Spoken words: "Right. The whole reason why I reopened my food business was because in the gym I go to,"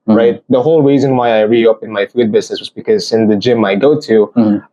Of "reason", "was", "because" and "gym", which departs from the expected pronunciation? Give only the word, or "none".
none